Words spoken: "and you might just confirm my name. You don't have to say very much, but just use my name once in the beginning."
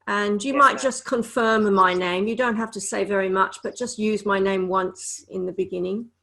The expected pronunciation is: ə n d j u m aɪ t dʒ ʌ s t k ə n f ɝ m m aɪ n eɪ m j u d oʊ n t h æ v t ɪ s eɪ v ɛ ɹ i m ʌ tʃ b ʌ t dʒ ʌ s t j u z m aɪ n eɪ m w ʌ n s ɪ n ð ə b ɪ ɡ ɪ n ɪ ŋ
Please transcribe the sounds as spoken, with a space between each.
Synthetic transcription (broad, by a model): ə n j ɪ m aɪ t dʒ ʌ s k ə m f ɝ m m aɪ n eɪ m j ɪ d oʊ n t h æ f t ɪ s eɪ v ɛ ɹ i m ʌ tʃ b ʌ t dʒ ʌ s t j u z m aɪ n eɪ m w ʌ n s ɪ n ð ə b ɪ ɡ ɪ n ɪ ŋ